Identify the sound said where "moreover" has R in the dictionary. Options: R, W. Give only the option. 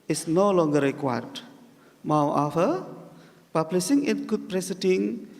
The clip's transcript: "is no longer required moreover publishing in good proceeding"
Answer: W